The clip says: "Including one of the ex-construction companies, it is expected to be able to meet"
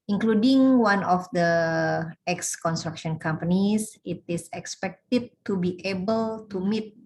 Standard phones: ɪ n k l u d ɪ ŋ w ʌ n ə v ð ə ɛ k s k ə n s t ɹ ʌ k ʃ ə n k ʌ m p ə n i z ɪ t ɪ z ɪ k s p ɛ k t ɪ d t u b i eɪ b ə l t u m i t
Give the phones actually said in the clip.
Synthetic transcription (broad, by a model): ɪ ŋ k l u d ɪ ŋ w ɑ n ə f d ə ɛ k s k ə n s t ɹ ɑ k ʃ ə n k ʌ m p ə n i s ɪ t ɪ s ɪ k s p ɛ k t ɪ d t u b i eɪ b ə l t u m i t